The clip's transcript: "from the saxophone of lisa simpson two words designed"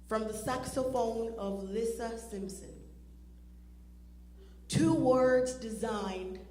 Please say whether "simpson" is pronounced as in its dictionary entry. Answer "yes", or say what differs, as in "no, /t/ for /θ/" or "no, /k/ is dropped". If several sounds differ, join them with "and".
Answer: yes